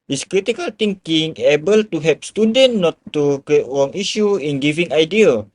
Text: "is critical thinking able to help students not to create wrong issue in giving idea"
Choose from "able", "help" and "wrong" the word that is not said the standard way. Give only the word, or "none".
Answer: help